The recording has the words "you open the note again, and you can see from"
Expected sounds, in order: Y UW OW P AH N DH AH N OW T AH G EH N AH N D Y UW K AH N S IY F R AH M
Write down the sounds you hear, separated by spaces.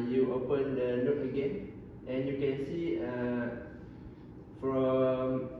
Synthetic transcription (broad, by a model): Y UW OW P AH N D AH L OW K AH G EH N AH N Y UW K AH N S IY F R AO M